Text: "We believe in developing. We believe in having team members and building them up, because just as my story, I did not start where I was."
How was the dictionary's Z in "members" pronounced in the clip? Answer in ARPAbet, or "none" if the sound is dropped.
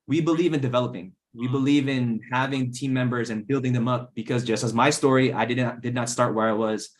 Z